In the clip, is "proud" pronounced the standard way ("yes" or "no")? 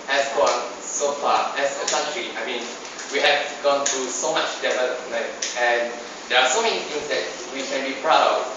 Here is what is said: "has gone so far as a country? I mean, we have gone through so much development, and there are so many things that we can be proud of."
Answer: yes